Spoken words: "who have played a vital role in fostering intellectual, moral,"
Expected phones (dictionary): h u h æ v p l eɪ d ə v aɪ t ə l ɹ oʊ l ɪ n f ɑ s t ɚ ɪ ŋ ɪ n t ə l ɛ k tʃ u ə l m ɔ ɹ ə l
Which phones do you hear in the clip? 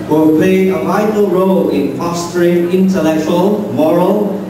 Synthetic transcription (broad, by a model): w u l p l eɪ ə v aɪ t ə l ɹ oʊ l ɪ n p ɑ s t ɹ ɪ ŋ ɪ n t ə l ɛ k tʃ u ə l m ɔ ɹ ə l